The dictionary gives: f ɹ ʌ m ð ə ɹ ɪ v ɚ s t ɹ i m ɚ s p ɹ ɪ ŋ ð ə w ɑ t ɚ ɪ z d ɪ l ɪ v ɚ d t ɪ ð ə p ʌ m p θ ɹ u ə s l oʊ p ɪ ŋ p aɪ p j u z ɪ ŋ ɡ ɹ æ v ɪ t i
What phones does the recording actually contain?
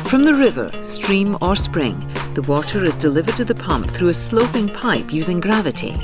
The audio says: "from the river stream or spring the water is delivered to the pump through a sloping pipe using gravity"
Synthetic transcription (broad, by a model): f ɹ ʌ m ð ə ɹ ɪ v ɚ s t ɹ i m ɚ s p ɹ ɪ ŋ ð ə w ɑ t ɚ ɪ z d ɪ l ɪ v ɚ d t ɪ ð ə p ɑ m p θ ɹ u ə s l oʊ p ɪ ŋ p aɪ p j u z ɪ ŋ ɡ ɹ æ v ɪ t i